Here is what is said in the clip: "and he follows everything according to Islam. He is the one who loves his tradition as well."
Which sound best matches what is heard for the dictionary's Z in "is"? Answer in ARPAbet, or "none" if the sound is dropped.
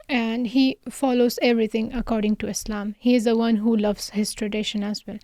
Z